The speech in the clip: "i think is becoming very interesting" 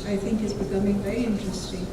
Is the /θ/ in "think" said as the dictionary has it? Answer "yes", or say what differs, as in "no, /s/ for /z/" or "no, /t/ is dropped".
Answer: yes